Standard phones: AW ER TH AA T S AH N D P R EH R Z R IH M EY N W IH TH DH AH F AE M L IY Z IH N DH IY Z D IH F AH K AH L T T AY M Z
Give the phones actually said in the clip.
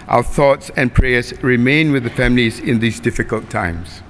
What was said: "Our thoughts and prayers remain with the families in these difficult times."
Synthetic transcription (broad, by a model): AW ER TH AA T S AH N P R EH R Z R IH M EY N W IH DH AH F AE M L IY Z IH N DH IY Z D IH F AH K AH L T T AY M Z